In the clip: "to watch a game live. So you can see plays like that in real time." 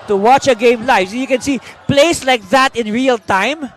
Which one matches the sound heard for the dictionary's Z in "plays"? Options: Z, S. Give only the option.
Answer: S